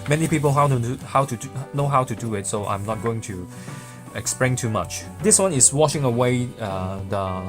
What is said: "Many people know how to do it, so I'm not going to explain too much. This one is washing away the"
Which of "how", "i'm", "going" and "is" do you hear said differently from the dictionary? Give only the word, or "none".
is